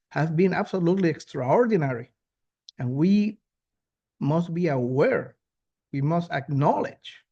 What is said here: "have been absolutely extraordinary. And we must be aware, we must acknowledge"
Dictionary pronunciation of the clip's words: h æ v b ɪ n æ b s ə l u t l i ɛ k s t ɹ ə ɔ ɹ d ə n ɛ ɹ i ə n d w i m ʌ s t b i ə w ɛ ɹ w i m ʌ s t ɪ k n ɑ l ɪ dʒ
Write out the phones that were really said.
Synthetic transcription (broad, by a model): h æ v b ɪ n æ b s ə l u t l i ɛ k s t ɹ ə ɔ ɹ d ə n ɛ ɹ i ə n w i m ʌ s t b i ə w ɛ ɹ w i m ʌ s t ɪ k n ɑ l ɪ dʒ